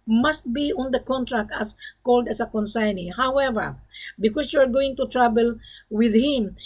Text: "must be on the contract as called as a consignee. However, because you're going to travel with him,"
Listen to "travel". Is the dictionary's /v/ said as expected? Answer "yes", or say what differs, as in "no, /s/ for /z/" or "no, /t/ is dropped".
no, /b/ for /v/